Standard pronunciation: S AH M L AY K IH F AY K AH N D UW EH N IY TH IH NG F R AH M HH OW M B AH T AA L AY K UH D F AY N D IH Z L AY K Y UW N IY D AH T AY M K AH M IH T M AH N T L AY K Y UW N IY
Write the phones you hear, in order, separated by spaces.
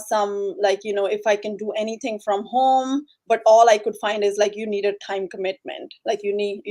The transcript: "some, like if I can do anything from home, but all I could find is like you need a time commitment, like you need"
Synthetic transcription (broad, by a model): S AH M L AY K IH F AY K AH N D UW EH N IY T IH NG F R AH M HH OW M B AH T AA L AY K UH D F AY N D IH Z L AY K Y UW N IY D AH T AY M K AH M IH T M AH N T L AY K Y UW N IY